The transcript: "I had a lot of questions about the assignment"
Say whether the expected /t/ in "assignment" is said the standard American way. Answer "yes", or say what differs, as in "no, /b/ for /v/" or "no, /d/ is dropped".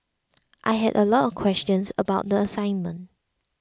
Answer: yes